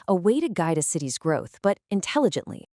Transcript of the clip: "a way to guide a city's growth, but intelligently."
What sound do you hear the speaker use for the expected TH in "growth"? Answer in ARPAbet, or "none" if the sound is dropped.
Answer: TH